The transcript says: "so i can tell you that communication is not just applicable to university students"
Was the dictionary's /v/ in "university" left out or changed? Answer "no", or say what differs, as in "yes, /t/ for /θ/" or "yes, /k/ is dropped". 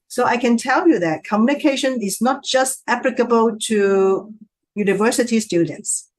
no